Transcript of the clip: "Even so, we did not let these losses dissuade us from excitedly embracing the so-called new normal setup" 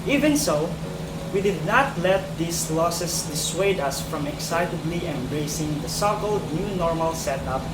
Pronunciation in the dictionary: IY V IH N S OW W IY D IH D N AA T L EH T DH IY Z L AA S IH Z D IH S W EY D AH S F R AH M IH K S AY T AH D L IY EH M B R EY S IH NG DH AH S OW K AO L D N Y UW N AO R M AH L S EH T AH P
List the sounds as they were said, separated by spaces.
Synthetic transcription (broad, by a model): IY V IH N S OW W IY D IH D N AA T L EH T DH IY S L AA S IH S D IH S W EY D AH S F R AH M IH K S AY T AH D L IY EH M B R EY S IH NG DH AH S OW K AO L D N Y UW N AO R M AH L S EH T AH P